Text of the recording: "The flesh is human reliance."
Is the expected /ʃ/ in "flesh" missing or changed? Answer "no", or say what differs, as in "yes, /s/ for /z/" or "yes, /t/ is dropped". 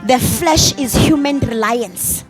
no